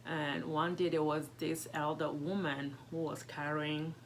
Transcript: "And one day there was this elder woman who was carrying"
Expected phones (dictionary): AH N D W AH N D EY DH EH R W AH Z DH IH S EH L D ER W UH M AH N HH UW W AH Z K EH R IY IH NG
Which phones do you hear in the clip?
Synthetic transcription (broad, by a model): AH N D W AH N D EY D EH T W AH Z DH IH S EH L D ER W UH M AH N HH UW W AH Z K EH R IY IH NG